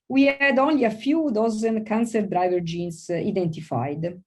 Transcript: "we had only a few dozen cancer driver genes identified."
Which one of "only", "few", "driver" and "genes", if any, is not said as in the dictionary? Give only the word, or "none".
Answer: genes